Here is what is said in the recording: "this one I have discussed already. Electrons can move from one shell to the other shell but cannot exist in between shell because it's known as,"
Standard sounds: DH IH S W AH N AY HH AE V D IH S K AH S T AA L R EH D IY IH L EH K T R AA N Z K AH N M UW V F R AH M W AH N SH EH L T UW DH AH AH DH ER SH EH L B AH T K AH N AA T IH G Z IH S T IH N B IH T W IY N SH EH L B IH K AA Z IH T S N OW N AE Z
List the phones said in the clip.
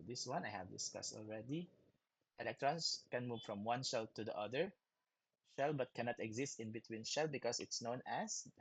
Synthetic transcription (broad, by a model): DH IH S W AH N AY HH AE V D IH S K AH S T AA L R EH D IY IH L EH K T R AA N S K AH N M UW V F R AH M W AH N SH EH L T UW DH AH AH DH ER SH EH L B AH T K AH N AA T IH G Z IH S T IH N B IH T W IY N SH EH L B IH K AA S IH T S N OW N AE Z